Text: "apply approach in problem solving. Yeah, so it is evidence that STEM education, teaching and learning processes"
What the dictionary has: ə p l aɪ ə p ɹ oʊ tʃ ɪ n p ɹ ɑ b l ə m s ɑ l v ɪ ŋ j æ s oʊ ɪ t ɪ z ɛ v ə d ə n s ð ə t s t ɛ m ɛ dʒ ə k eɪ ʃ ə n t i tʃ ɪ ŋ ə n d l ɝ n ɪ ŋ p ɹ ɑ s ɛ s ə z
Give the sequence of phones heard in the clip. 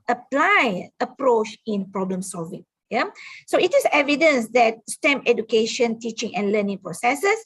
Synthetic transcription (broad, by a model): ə p l aɪ ə p ɹ oʊ tʃ ɪ n p ɹ ɑ b l ə m s ɑ l v ɪ ŋ j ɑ s oʊ ɪ t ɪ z ɛ v ə d ə n s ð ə t s t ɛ m ɛ dʒ ə k eɪ ʃ ə n t i tʃ ɪ ŋ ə n l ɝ n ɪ ŋ p ɹ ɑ s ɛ s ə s